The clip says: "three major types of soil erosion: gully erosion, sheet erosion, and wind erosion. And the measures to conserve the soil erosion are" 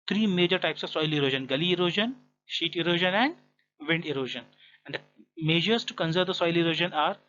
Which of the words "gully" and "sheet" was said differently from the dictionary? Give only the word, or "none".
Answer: none